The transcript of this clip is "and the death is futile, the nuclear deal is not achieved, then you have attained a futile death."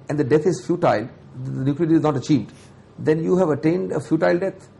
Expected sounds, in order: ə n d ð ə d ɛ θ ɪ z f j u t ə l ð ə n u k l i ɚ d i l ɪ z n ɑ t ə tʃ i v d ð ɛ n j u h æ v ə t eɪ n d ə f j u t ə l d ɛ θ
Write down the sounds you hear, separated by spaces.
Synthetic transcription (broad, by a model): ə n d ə d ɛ t ɪ z f j u t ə l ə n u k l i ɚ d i ɪ z n ɑ t ə tʃ i v d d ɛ n j u h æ v ə t eɪ n d ə f j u t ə l d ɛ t